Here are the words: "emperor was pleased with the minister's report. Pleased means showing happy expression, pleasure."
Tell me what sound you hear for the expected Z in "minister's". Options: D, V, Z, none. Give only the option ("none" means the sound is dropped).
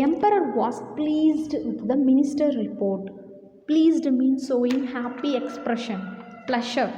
none